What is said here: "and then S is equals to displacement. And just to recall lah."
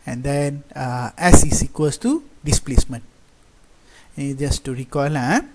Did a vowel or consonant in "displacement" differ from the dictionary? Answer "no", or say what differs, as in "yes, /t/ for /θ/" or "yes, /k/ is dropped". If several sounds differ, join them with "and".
no